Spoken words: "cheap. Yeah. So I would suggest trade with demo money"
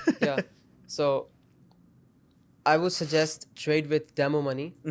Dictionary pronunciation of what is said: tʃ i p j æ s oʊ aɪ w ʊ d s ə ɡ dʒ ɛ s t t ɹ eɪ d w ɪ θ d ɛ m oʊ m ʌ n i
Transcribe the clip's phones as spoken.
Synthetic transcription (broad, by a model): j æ s oʊ aɪ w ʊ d s ə ɡ dʒ ɛ s t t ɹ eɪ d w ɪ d d ɛ m oʊ m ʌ n i